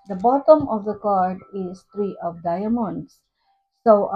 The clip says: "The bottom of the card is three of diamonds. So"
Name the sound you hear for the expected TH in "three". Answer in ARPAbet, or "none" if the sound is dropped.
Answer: T